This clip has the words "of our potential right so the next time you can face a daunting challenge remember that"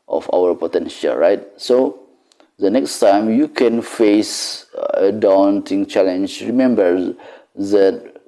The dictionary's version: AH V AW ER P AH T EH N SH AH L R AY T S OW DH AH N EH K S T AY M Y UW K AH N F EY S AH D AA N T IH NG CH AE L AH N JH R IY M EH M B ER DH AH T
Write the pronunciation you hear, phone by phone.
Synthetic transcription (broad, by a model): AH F AW ER P AH T EH N SH AH L R AY T S OW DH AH N EH K S T AY M Y UW K AH N F EY S AH D AA N T IH NG CH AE L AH N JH R IY M EH M B ER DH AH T